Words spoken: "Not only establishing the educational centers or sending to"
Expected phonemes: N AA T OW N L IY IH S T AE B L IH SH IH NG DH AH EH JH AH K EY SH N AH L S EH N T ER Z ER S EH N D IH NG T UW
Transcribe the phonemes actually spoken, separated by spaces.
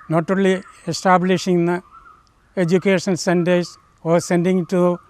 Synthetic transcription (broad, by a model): N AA T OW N L IY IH S T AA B L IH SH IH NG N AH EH JH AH K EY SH AH N S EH N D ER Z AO S EH N D IH NG T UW